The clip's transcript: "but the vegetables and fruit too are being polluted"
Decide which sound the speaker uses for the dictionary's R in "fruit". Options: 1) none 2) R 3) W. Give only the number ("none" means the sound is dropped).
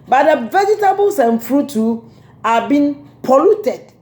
2